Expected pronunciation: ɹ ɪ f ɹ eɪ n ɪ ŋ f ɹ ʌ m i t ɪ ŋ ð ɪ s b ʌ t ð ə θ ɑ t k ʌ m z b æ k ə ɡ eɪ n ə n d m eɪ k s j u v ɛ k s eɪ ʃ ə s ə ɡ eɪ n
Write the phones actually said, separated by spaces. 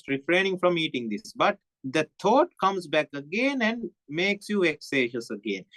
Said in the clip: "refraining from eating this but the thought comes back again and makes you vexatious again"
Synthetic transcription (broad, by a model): ɹ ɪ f ɹ eɪ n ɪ ŋ f ɹ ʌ m i t ɪ ŋ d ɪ s b ʌ t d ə t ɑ t k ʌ m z b æ k ə ɡ eɪ n ə n d m eɪ k s j u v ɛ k s eɪ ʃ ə s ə ɡ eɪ n